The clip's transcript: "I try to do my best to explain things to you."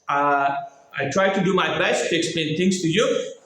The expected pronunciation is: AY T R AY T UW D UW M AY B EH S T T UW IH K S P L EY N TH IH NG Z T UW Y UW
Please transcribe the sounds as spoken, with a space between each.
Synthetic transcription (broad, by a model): AY T R AY T UW D UW M AY B EH S T T UW IH K S P L EY N T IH NG S T UW Y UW